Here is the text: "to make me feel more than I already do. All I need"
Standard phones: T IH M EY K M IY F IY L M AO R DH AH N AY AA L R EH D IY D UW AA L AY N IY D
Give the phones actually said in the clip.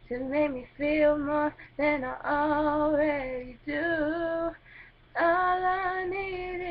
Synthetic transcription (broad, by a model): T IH M EY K M IY F IY L M AO R DH AH N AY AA L W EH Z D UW AA L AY N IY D